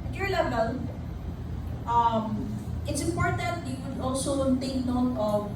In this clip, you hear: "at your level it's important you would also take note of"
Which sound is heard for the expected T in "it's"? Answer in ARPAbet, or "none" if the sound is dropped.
T